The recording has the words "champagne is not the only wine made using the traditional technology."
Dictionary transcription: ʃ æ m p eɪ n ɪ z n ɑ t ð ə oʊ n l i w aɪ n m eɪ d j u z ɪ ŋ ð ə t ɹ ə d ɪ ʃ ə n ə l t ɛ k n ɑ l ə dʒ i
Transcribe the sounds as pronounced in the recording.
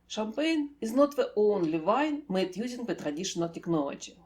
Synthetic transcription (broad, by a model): ʃ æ m p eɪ n ɪ z n ɑ t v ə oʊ n l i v aɪ n m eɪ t j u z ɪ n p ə t ɹ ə d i ʃ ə n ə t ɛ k n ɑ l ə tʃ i